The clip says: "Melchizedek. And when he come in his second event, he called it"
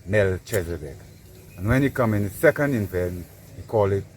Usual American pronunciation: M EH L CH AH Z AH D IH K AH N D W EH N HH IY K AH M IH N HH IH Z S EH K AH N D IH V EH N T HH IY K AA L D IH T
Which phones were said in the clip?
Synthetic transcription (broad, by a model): M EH L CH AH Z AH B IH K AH N W EH N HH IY K AH M IH N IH S EH K AH N D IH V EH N HH IY K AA L IH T